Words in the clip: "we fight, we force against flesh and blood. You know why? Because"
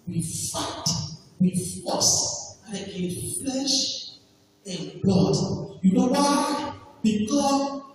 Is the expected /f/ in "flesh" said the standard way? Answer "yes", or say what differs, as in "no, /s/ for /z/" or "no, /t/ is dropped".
yes